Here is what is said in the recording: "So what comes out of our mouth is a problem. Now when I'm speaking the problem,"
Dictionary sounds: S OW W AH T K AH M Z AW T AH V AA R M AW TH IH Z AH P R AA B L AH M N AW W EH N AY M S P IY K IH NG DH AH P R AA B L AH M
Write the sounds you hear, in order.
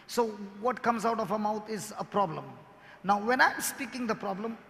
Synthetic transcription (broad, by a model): S OW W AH T K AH M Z AW T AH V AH M AW T IH Z AH P R AA B L AH M N AW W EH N AY M S P IY K IH NG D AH P R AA B L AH M